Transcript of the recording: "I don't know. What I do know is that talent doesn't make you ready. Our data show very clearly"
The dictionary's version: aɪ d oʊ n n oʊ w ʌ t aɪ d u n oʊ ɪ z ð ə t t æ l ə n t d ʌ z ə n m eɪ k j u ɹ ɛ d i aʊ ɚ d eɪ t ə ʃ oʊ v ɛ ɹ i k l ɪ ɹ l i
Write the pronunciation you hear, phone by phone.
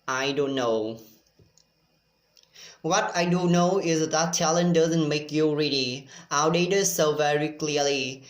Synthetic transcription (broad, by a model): aɪ d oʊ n n oʊ w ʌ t aɪ d u n oʊ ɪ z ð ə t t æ l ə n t d ʌ z ə n m eɪ k j u ɹ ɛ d i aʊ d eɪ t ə s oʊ v ɛ ɹ i k l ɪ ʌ l i